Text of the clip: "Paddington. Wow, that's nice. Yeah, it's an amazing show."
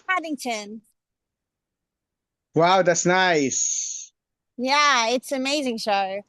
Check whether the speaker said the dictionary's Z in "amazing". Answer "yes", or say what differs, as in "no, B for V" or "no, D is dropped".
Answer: yes